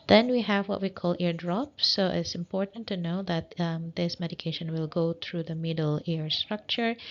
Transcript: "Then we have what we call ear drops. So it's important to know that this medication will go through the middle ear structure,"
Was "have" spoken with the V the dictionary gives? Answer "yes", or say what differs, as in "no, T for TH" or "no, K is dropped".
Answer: yes